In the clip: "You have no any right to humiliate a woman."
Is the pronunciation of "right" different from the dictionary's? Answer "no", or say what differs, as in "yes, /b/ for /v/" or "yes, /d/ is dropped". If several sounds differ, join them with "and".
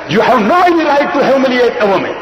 yes, /l/ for /ɹ/